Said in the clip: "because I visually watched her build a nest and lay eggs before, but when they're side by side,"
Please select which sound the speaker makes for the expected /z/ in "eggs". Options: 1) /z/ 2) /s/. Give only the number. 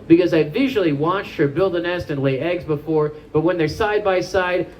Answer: 1